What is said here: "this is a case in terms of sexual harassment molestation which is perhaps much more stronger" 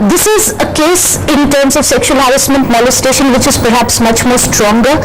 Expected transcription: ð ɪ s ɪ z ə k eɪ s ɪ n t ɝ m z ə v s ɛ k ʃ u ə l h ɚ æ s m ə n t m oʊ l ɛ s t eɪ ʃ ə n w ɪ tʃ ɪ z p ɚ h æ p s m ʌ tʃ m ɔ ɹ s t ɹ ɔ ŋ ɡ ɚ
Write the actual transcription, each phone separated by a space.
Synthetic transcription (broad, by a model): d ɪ s ɪ z ə k eɪ s ɪ n t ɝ m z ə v s ɛ k ʃ u ə l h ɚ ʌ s m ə n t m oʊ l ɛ s t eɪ ʃ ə n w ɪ tʃ ɪ z p ɚ h æ p s m ʌ tʃ m ɔ ɹ s t ɹ ɔ ŋ ɡ ɚ